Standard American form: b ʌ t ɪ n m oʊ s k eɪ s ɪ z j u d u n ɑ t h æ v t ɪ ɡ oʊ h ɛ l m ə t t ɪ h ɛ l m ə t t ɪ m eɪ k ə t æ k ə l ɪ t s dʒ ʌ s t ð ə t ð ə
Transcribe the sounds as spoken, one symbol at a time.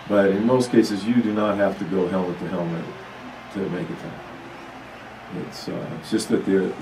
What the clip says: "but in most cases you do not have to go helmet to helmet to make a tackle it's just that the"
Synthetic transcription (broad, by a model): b ʌ t ɪ n m oʊ s k eɪ s ɪ z j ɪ d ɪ n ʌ t h æ f t ɪ ɡ oʊ h ɛ l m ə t t ɪ h ɛ l m ə t t ɪ m eɪ k ə t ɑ ə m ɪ t s dʒ ʌ s t ð ə t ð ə